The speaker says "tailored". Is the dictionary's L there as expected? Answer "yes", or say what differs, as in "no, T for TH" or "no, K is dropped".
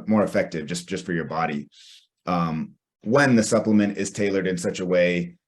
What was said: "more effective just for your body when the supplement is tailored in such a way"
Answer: yes